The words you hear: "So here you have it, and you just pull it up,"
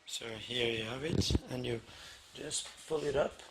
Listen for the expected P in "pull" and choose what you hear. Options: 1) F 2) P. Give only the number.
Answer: 1